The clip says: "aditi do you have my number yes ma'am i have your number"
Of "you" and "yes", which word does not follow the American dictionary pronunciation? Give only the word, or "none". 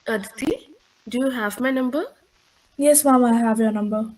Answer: none